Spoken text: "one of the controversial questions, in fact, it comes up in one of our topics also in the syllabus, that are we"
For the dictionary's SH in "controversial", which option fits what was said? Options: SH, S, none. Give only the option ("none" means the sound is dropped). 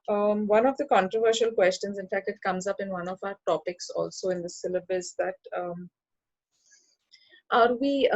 SH